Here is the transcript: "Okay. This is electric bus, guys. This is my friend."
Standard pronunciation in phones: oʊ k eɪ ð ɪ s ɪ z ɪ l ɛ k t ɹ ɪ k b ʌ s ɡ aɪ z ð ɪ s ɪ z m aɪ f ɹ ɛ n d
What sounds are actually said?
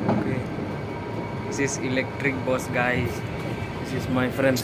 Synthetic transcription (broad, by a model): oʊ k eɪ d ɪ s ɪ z ɪ l ɛ k t ɹ ɪ k b ʌ s ɡ aɪ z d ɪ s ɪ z m aɪ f ɹ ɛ n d